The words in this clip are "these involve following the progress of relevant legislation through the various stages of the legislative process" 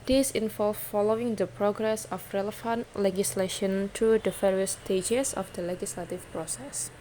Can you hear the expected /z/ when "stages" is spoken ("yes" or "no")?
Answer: no